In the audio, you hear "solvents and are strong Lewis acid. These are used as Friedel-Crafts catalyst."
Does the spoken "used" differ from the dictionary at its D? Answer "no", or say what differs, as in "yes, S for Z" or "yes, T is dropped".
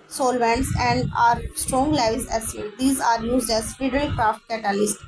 no